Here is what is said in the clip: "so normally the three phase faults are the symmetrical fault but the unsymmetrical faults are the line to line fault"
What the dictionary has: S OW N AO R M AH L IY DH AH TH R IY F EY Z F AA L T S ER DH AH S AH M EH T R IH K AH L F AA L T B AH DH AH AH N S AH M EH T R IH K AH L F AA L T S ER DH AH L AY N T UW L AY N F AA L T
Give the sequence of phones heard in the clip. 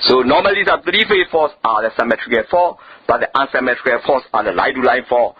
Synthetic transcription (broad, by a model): S OW N AO M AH L IY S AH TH R IY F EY F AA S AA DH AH S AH M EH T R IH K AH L F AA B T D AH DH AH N S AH M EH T R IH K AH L F AA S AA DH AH L AY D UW L AY N F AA